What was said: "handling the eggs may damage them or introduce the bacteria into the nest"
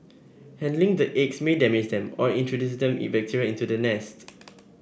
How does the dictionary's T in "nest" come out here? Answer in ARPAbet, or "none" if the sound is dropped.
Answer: T